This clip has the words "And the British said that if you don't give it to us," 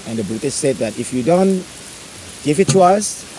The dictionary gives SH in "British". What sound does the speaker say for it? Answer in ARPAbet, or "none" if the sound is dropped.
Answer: S